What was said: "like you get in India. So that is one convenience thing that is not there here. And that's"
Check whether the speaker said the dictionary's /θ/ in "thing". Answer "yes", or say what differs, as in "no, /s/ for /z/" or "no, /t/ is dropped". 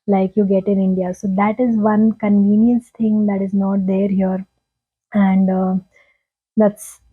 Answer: no, /t/ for /θ/